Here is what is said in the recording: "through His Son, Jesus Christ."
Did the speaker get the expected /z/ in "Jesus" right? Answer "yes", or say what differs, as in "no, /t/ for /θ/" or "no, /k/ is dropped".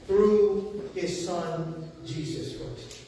yes